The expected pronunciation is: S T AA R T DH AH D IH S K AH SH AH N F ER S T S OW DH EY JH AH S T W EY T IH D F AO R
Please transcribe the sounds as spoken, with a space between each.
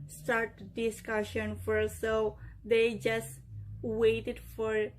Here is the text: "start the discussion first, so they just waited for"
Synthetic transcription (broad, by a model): S T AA R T D IH S K AH SH AH N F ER T S OW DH EY JH AH S T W EY T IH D F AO R